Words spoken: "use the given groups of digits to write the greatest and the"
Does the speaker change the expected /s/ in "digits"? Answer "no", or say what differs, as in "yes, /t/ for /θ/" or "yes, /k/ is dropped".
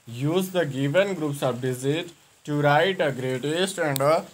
yes, /s/ is dropped